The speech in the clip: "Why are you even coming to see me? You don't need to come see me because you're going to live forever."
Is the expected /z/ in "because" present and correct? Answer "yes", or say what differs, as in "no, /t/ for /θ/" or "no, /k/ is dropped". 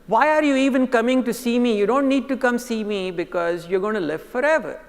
yes